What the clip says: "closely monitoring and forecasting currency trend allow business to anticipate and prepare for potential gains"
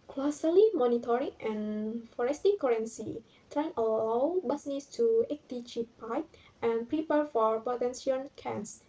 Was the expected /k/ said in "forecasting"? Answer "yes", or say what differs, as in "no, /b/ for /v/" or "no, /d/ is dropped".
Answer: no, /k/ is dropped